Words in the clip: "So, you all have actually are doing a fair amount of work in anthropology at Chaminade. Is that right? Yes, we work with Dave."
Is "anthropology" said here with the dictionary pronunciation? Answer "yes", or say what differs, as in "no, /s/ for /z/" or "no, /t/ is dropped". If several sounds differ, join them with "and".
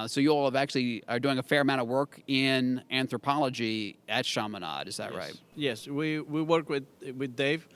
yes